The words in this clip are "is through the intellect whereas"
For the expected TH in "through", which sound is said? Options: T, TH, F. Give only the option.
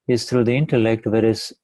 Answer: T